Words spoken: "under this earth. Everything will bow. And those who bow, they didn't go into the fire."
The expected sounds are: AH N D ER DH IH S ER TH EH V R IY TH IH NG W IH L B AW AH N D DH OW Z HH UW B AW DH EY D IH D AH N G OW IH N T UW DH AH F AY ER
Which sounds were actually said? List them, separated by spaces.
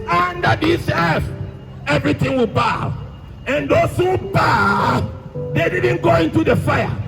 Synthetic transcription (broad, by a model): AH N D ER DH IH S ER S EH V R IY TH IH NG W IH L B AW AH N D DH OW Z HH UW B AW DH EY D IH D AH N G OW IH N T UW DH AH F AY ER